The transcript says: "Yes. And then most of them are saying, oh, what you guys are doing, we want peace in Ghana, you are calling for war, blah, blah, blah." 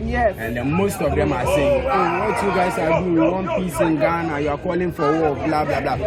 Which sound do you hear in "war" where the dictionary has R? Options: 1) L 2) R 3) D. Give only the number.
1